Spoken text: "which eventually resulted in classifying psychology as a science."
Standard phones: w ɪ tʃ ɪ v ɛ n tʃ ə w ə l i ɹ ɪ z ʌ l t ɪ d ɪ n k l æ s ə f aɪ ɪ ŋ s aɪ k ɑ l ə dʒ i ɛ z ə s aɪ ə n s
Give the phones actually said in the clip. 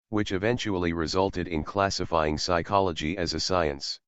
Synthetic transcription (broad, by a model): w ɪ tʃ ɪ v ɛ n tʃ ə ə l i ɹ ɪ z ʌ l t ɪ d ɪ n k l æ s ə f aɪ ɪ ŋ s aɪ k ɑ l ə dʒ i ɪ z ə s aɪ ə n s